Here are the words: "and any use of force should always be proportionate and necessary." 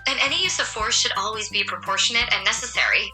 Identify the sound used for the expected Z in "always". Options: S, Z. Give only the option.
Z